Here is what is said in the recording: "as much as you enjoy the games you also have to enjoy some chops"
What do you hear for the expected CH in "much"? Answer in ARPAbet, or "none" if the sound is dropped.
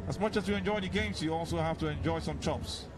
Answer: CH